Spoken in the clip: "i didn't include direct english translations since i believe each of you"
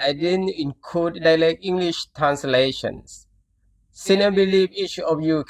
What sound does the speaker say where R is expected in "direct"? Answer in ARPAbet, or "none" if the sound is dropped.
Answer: L